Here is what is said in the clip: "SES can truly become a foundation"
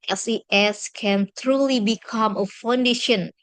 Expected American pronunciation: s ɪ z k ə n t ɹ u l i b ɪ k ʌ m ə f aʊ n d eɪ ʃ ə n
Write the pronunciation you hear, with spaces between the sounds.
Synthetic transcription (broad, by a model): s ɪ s k ə n t ɹ u l i b ɪ k ʌ m ə f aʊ n d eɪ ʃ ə n